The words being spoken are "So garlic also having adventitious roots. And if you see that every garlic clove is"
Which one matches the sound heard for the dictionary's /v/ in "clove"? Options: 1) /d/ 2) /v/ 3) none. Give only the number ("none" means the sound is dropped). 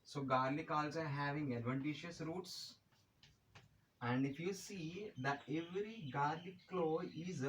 3